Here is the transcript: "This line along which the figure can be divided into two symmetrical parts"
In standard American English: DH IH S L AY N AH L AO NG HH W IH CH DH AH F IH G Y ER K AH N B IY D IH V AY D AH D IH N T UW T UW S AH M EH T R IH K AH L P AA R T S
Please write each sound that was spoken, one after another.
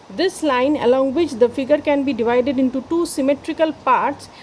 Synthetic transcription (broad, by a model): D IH S L AY N AH L AO NG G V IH CH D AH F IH G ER K AH N B IY D IH V AY D AH D IH N T UW T UW S AH M EH T R IH K AH L P AA R T S